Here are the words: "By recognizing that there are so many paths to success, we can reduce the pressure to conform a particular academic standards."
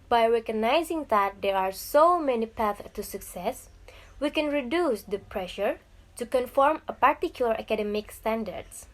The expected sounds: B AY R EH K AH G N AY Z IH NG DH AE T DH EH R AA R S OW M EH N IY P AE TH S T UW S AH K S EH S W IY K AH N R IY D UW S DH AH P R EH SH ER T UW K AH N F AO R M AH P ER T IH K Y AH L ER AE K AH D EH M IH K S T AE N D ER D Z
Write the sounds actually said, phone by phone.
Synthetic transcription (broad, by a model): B AY R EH K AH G N AY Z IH NG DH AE T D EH R AA R S OW M EH N IY P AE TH T UW S AH K S EH S W IY K AH N R IY D UW S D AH P R EH SH ER T UW K AH N F AO R M AH P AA T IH K Y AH L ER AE K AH D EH M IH K S T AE N D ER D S